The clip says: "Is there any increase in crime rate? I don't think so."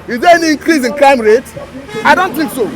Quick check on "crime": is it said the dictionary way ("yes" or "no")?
no